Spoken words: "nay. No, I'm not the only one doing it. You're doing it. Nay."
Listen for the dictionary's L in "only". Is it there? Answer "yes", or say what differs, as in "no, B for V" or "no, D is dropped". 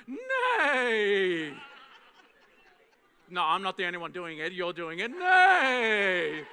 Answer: no, L is dropped